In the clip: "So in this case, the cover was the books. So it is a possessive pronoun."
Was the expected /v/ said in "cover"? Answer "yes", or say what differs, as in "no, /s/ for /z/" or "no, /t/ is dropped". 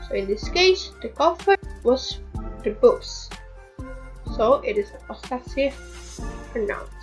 no, /f/ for /v/